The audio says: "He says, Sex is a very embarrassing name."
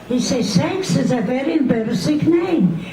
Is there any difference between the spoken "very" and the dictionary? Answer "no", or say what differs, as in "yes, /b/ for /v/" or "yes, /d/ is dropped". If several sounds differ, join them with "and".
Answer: no